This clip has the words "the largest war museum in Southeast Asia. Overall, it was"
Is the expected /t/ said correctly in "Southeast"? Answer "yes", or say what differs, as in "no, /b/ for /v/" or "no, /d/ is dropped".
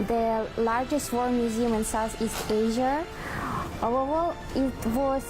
no, /t/ is dropped